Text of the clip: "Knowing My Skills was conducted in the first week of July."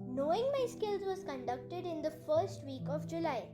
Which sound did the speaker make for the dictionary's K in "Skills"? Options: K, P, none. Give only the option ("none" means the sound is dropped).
K